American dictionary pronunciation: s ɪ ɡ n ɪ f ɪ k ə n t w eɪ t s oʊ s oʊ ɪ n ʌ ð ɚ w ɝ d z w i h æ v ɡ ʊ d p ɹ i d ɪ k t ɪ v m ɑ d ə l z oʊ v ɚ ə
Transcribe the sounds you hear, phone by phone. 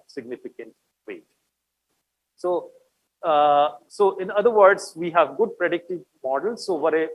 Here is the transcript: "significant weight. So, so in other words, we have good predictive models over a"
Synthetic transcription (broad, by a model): s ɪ ɡ n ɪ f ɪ k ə n t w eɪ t s oʊ s oʊ ɪ n ʌ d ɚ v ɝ d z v i h æ v ɡ ʊ d p ɹ i d ɪ k t ɪ v m ɑ d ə l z oʊ v ɚ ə